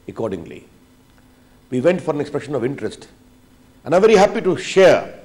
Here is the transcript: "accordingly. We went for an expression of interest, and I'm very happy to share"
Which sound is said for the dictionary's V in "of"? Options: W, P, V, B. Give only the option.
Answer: V